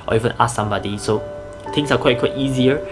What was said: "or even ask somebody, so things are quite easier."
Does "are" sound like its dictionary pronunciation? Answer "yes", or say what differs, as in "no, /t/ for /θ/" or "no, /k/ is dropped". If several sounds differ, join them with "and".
no, /w/ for /ɹ/